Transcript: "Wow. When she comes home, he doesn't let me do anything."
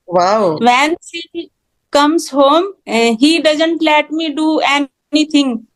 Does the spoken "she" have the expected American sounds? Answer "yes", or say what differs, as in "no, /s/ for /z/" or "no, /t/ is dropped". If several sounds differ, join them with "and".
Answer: no, /s/ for /ʃ/